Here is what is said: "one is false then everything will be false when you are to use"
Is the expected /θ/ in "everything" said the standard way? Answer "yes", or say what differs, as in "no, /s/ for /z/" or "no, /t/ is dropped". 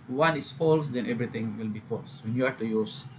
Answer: no, /t/ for /θ/